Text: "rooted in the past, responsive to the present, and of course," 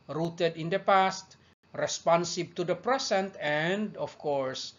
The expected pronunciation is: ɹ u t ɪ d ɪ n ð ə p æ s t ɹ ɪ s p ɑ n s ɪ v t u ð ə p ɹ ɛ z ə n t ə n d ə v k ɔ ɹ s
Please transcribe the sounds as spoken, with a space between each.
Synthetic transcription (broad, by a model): ɹ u t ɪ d ɪ n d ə p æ s t ɹ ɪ s p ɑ n s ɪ b t u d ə p ɹ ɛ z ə n t ə n d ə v k ɔ ɹ s